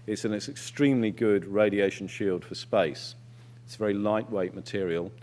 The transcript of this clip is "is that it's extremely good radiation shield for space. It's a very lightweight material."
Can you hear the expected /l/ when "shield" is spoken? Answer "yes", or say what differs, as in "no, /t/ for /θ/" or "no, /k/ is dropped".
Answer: yes